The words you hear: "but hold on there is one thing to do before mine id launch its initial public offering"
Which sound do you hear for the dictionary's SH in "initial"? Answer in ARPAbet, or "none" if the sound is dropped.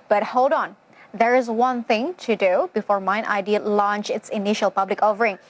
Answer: SH